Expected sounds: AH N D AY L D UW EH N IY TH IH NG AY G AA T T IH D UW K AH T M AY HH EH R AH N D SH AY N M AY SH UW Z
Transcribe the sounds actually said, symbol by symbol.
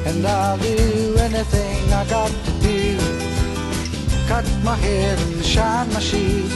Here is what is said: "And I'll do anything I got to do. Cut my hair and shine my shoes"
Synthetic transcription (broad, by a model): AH N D AY L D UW EH N IY TH IH NG AY G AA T T IH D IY K AH T M AY HH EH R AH N SH AY N M AY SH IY